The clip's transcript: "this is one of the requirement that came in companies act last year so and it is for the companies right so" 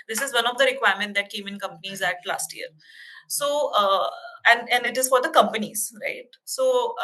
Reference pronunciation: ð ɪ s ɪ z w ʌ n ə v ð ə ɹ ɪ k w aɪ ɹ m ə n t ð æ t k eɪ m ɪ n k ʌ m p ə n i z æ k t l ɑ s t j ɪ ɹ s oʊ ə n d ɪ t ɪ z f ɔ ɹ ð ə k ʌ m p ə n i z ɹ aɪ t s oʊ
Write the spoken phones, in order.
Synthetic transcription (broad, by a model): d ɪ s ɪ z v ʌ n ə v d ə ɹ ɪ k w aɪ ɹ m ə n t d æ t k eɪ m ɪ n k ʌ m p ə n i z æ t l ɑ s t j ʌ ɹ s oʊ ə n d ɪ t ɪ z f ɔ ɹ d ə k ʌ m p ə n i z ɹ aɪ t s oʊ